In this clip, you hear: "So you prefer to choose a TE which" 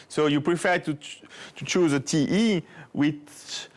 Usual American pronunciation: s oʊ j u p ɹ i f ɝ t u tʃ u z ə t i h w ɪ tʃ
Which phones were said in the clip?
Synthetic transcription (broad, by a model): s oʊ j u p ɹ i f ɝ t u tʃ u z ə t i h w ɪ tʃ